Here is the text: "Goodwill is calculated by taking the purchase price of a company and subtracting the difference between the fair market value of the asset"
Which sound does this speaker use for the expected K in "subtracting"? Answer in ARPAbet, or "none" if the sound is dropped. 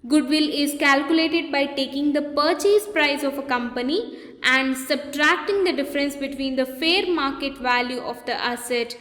K